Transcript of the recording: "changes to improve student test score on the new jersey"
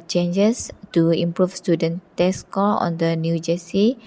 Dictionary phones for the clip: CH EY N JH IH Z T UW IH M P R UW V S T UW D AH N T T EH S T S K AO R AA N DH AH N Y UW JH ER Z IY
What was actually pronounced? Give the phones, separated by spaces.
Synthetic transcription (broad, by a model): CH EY N JH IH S T UW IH M P R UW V S T UW D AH N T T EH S S K AO L AA N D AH N Y UW JH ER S IY